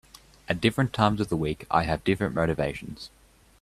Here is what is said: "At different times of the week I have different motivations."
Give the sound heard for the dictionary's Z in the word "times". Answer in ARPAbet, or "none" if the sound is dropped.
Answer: Z